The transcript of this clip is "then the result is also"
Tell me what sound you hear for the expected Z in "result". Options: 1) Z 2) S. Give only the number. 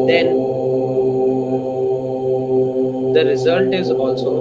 1